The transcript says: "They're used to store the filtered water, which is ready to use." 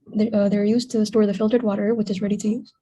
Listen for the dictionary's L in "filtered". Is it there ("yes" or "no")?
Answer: yes